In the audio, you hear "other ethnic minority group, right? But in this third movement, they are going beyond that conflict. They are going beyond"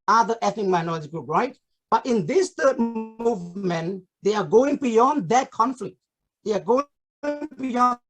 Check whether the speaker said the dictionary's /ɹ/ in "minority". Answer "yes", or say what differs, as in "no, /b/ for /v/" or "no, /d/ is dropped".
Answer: no, /l/ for /ɹ/